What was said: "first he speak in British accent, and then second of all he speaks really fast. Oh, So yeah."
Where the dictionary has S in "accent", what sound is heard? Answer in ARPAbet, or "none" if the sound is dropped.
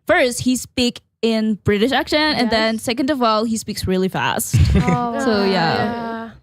SH